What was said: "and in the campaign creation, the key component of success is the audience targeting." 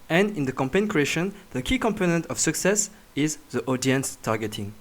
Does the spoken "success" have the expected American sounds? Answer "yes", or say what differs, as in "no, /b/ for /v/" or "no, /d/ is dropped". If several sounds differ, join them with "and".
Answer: yes